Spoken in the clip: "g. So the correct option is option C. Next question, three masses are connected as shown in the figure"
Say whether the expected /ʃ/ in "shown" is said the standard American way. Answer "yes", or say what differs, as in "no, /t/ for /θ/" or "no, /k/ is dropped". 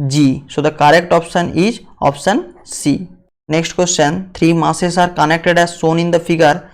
no, /s/ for /ʃ/